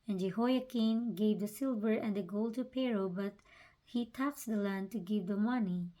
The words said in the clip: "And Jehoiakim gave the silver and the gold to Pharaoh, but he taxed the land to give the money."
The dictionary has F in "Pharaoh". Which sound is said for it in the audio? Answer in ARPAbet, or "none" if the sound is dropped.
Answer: P